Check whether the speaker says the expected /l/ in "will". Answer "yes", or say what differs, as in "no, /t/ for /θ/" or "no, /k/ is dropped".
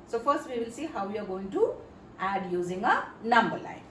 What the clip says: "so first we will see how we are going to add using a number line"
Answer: yes